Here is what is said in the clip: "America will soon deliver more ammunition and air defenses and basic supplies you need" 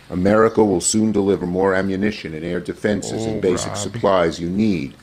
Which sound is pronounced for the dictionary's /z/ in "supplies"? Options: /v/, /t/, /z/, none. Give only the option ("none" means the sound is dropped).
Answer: /z/